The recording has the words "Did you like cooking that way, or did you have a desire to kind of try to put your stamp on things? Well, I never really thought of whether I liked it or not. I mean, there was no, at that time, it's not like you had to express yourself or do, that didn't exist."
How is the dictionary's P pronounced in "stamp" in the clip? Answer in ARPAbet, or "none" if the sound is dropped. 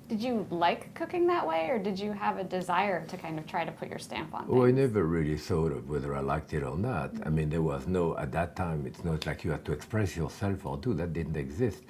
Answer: P